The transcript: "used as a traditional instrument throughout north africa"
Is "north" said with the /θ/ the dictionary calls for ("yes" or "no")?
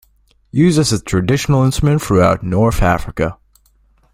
yes